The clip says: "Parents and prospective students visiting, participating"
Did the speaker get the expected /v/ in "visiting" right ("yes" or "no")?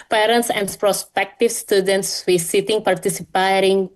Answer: no